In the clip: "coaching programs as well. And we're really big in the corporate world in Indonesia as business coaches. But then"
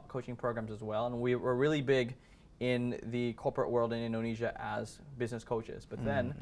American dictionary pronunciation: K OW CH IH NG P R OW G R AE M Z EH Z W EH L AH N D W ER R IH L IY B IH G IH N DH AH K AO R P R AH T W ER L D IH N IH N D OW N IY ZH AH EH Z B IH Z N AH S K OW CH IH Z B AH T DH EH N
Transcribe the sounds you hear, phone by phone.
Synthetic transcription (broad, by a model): K OW CH IH NG P R OW G R AE M Z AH Z W EH L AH N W W ER R IH L IY B IH G IH N DH AH K AO R P R AH T W ER L D IH N IH N D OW N IY ZH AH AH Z B IH Z N AH S K OW CH IH Z B AH T DH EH N